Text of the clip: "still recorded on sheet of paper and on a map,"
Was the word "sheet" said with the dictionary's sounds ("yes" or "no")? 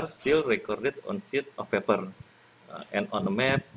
no